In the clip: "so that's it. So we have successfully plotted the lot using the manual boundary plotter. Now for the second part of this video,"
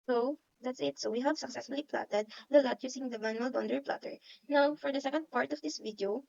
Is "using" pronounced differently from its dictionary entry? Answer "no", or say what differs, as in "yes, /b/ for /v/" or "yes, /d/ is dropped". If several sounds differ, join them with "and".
yes, /s/ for /z/